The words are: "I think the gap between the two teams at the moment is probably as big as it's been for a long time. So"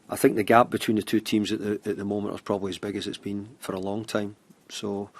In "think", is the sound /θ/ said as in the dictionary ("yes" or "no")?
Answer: yes